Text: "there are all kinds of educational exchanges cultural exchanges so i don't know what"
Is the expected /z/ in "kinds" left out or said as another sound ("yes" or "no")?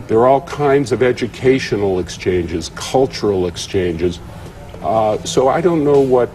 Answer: no